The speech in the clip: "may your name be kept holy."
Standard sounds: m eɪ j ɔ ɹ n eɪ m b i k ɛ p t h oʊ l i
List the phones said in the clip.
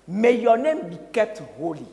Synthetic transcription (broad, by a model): m eɪ j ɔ n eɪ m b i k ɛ t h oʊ l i